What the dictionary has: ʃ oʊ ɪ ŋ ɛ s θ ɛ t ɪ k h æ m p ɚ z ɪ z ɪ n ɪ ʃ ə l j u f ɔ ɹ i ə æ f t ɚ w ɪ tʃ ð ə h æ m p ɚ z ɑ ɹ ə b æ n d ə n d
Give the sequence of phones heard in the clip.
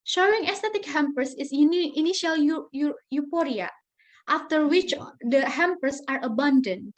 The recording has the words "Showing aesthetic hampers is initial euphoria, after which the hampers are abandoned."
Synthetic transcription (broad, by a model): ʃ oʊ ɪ ŋ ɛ s t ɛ t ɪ k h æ m p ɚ s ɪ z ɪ n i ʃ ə l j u p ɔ ɹ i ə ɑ f t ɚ w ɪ tʃ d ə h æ m p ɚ s ɑ ɹ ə b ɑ n d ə n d